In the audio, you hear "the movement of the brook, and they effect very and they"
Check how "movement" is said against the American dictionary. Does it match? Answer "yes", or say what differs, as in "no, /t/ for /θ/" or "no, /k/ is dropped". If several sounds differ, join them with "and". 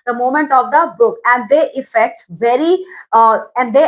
no, /v/ is dropped